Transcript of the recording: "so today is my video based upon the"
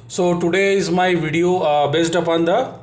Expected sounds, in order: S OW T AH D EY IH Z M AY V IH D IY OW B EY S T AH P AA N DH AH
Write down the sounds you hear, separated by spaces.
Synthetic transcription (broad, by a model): S OW T AH D EY IH Z M AY V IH D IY OW B EY S T AH P AA N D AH